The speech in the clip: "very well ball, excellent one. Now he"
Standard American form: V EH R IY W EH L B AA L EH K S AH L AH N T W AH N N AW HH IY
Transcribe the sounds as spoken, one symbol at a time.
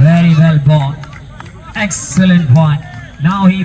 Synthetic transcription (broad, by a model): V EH R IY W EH L B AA N EH K S AH L AH N T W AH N N AW HH IY